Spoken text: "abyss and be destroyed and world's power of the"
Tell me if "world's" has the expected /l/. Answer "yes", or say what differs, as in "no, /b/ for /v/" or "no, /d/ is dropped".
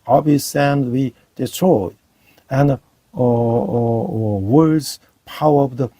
no, /l/ is dropped